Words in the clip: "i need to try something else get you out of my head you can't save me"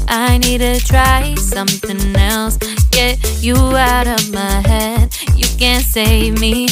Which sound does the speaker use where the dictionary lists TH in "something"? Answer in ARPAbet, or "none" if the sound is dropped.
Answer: TH